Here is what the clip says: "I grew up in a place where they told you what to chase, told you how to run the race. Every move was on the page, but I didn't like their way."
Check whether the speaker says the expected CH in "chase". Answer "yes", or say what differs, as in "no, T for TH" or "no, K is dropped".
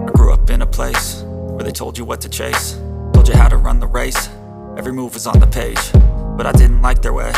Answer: yes